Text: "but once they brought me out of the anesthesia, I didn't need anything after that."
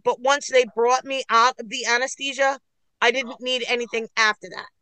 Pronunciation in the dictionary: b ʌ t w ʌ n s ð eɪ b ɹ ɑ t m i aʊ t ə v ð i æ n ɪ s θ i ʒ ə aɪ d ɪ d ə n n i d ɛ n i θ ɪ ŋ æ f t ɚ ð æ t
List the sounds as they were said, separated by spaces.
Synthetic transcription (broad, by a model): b ʌ t w ʌ n s ð eɪ b ɹ ɑ t m i aʊ t ə v ð i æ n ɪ s t i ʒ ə aɪ d ɪ d n n i d ɛ n i θ ɪ ŋ æ f t ɚ ð æ t